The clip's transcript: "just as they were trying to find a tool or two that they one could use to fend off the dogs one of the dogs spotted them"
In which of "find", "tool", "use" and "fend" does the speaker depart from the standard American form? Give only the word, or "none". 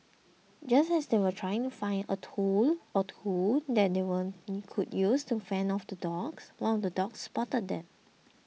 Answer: fend